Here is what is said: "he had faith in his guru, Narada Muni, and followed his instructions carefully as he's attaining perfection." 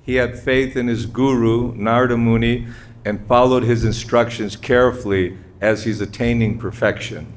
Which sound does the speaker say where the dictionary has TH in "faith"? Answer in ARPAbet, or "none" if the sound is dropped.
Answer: TH